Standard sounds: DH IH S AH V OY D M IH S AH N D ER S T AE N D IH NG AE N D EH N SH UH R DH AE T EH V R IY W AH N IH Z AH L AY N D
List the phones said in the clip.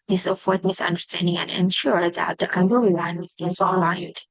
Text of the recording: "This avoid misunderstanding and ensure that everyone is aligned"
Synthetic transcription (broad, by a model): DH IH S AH F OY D M IH S AH N D ER S T AE N D IH NG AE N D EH N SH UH R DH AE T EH B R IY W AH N IH Z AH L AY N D